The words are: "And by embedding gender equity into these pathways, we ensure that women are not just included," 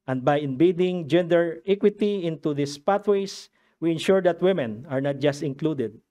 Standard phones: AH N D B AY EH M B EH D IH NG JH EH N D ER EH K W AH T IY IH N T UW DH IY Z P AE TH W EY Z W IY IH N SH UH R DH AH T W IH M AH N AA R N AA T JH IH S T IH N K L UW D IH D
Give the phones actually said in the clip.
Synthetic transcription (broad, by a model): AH N D B AY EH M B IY D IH NG JH EH N D ER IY K W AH T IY IH N T UW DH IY S P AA T W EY S W IY IH N SH UH R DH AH T W IH M AH N AA R N AA T JH IH S T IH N K L UW D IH D